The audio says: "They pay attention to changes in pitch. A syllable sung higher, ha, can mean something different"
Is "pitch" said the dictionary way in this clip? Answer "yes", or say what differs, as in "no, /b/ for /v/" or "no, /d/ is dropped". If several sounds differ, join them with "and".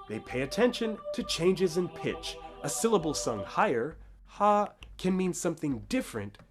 yes